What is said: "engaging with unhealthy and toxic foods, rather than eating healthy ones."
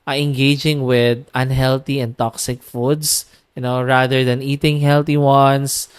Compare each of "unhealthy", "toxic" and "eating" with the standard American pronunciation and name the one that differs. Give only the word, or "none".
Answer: unhealthy